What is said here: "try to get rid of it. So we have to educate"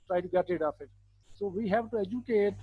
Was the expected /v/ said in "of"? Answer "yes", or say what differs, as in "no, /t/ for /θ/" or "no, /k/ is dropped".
no, /p/ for /v/